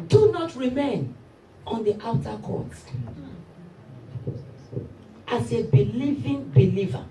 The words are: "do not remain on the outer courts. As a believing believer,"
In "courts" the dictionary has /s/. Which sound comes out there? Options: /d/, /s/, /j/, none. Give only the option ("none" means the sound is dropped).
none